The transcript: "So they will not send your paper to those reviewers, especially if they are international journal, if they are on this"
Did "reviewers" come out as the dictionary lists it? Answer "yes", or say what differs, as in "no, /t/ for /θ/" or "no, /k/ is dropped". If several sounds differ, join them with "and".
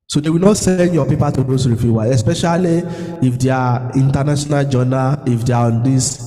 no, /z/ is dropped